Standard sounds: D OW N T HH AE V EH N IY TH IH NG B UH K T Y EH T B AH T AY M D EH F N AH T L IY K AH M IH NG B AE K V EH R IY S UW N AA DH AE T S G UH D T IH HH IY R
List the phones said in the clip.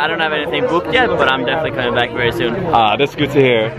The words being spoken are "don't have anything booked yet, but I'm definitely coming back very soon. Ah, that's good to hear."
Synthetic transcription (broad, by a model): D OW N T HH AE V EH N IY TH IH NG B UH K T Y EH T B AH T AY M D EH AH S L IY K AH M IH NG B AE K V EH R IY S UW N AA DH AE T S G UH D T IH HH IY R